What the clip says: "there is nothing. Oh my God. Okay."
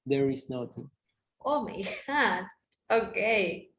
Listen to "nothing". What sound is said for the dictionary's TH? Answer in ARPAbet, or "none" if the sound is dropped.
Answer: T